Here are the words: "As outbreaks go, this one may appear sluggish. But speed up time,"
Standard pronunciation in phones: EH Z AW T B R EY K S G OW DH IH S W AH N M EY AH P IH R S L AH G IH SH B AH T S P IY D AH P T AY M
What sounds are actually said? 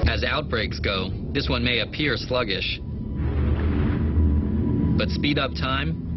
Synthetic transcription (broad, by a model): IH Z AW T B R EY K S G OW DH IH S W AH N M EY AH P IH R S L AH G IH SH B AH T S P IY D AH P T AY M